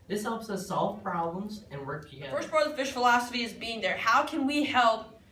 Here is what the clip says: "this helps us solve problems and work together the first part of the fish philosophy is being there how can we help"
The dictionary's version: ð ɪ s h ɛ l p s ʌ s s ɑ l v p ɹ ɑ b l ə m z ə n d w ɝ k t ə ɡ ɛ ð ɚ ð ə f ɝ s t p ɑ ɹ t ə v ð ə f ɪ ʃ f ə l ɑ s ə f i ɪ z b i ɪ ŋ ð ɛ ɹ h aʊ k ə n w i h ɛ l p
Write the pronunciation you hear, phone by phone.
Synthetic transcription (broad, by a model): ð ɪ s h ɛ l p s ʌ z s ɑ l v p ɹ ɑ b l ə m z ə n w ɝ k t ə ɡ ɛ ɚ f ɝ s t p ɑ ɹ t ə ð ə f ɪ ʃ f ə l ɑ s ə f i ɪ z b i ɪ ŋ ð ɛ ɹ h aʊ k ə n w i h ɛ l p